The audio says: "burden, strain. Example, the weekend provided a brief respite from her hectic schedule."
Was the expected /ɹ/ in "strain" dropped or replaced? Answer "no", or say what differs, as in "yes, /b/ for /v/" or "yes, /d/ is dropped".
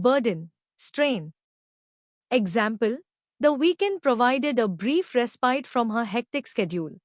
no